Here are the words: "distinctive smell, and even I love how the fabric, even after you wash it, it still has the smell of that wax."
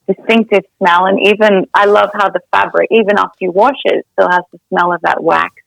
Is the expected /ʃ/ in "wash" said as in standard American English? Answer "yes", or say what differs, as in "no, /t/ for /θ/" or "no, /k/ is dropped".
yes